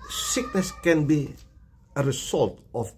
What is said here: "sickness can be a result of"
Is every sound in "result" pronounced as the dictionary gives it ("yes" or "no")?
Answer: no